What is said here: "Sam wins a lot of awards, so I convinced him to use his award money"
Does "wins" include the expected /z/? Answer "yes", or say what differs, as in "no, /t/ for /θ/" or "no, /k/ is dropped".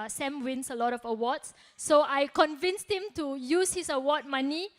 no, /s/ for /z/